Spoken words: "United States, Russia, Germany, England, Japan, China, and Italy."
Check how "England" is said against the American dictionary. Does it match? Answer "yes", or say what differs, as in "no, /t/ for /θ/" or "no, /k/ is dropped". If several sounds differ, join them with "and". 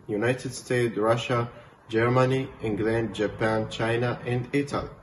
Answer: yes